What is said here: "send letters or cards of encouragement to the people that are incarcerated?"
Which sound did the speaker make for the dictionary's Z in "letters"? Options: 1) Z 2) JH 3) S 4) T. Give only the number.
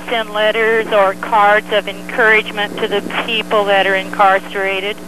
1